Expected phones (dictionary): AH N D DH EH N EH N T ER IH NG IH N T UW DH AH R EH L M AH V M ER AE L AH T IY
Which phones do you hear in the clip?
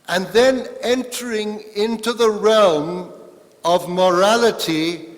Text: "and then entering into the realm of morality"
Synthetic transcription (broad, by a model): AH N DH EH N EH N T ER IH NG IH N T UW DH AH R EH L M AH V M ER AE L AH T IY